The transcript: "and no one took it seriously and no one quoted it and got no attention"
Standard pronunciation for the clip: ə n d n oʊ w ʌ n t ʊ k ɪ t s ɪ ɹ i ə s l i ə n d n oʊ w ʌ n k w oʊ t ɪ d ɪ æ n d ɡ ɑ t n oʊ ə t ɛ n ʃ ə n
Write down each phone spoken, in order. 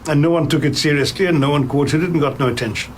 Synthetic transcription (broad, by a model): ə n n oʊ w ʌ n t ʊ k ɪ t s ɪ ɹ i ə s l i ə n n oʊ w ʌ n k w oʊ t ɪ d ɪ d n ɡ ɑ t n oʊ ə t ɛ n ʃ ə n